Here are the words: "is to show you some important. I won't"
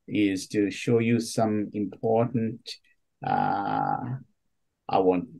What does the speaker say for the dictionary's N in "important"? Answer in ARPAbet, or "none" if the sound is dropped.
none